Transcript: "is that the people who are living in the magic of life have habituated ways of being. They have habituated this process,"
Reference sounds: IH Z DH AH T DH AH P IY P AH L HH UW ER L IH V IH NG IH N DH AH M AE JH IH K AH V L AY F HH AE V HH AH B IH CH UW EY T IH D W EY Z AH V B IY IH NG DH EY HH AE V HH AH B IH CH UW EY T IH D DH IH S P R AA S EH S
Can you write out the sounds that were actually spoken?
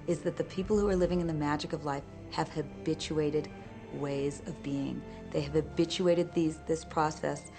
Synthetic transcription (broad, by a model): IH Z DH AH T DH AH P IY P L HH UW ER L IH V IH NG IH N DH AH M AE JH IH K AH V L AY F HH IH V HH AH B IH CH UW EY T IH D W EY Z AH V B IY IH NG DH EY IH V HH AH B IH CH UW EY T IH D DH IH S P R AA S EH S